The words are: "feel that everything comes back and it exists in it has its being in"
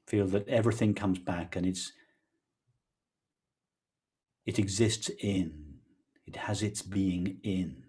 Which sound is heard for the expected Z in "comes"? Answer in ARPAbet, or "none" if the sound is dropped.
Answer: Z